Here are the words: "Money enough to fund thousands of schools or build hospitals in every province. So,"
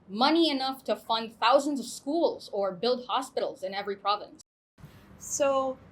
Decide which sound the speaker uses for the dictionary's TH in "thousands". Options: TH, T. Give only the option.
TH